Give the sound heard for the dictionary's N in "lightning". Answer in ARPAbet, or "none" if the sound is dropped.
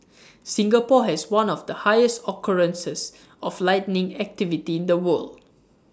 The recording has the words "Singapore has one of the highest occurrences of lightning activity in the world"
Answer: N